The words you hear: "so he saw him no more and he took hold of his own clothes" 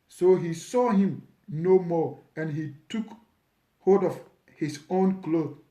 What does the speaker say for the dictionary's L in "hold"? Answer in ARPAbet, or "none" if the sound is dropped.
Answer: none